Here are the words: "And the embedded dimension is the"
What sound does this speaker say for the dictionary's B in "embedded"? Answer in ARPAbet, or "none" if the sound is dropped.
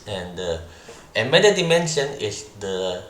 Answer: none